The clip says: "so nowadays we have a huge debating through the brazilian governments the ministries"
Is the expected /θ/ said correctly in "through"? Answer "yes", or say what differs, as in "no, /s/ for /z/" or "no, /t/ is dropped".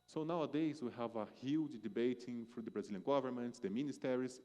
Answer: no, /f/ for /θ/